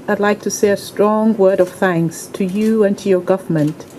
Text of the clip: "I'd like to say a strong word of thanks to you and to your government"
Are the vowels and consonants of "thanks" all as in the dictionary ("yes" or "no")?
yes